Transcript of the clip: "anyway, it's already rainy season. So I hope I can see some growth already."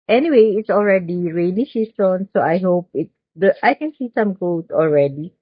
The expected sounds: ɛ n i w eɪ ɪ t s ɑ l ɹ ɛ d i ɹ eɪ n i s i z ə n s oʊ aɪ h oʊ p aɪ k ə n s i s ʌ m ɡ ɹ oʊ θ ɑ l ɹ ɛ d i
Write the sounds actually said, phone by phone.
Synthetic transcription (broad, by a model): ɛ n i w eɪ ɪ t s ɑ l ɹ ɛ d i ɹ eɪ n i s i s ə n s oʊ aɪ h oʊ p aɪ k ə n s i s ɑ m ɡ oʊ t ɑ l ɹ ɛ d i